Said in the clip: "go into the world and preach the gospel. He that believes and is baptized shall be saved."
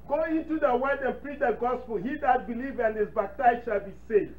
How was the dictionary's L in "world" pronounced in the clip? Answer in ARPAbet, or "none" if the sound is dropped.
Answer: none